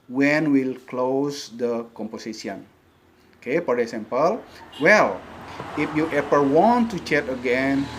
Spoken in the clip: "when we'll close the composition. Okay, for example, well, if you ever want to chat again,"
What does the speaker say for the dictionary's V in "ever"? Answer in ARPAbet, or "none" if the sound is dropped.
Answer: P